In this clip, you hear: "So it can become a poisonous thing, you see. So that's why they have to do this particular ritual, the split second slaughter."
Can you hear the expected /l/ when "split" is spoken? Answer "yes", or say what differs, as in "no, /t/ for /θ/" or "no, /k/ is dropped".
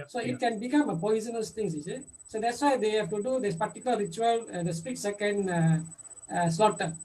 no, /l/ is dropped